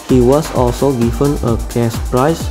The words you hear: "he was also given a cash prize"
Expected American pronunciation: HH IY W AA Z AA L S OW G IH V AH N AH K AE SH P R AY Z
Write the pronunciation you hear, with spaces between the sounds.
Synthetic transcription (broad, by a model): HH IY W AA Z AA L S OW G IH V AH N AH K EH S P R AY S